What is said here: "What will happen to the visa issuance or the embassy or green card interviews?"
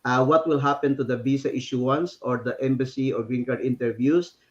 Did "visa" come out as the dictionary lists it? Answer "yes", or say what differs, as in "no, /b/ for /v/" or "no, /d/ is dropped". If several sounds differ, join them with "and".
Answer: no, /b/ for /v/ and /s/ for /z/